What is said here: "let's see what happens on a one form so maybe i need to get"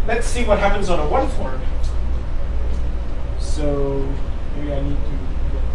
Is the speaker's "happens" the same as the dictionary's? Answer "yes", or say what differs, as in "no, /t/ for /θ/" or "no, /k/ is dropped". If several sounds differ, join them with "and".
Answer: yes